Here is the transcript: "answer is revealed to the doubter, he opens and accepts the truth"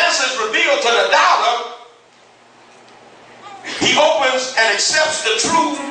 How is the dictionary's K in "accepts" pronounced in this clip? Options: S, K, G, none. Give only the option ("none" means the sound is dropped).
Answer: K